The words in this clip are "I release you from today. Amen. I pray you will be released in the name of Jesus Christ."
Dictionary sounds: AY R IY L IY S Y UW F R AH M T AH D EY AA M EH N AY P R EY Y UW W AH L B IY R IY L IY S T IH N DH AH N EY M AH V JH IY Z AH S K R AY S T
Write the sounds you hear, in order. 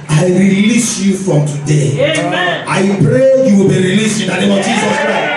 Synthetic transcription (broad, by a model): AY R IY L IY S Y UW F R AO M T AH D EY AA IH P R EY Y UW W AH L B IY R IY L IY S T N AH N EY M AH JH IY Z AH S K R AY S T